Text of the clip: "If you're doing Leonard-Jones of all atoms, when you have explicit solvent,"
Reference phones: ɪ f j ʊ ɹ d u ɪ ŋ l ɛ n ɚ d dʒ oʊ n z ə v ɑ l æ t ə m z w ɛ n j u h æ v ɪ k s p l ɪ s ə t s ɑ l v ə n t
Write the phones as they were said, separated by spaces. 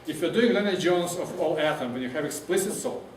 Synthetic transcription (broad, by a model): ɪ f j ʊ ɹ d u ɪ ŋ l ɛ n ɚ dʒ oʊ n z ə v ɑ l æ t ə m w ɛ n j u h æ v ɪ k s p l ɪ s ə t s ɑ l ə